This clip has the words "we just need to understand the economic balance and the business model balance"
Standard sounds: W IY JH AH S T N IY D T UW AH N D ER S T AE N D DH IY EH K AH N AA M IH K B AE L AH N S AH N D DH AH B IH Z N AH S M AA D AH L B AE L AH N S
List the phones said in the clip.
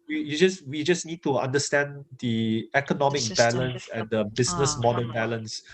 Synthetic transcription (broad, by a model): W IY JH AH S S N IY D T UW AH N D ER S T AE N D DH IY EH K AH N AA M IH K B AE L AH N S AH N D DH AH B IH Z N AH S M AA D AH N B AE L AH N S